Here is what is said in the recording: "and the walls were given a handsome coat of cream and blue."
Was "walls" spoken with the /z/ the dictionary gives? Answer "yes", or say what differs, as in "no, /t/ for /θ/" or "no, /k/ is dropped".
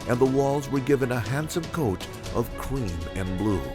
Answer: yes